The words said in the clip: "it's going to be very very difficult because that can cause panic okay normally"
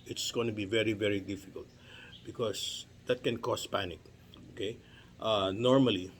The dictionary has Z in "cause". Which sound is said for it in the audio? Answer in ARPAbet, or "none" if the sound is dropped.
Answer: S